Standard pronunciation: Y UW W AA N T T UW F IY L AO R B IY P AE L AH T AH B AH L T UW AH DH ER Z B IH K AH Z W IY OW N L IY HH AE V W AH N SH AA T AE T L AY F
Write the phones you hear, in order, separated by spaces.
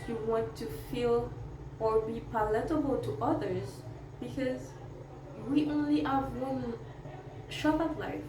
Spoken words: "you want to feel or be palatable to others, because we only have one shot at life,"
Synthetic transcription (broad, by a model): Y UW W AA N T T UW F IY L AO R B IY P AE L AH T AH B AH L T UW AH DH ER Z B IH K AH Z W IY OW N L IY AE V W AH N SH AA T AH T L AY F